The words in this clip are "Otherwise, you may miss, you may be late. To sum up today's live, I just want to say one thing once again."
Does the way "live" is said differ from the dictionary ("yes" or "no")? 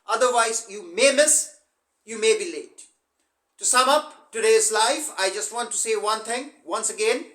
yes